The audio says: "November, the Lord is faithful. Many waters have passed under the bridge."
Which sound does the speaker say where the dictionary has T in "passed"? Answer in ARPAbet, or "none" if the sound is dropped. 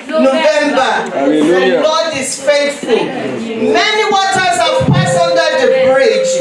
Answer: none